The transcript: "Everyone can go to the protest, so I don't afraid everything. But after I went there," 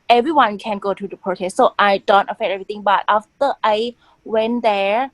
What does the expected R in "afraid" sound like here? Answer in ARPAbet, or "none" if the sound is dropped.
none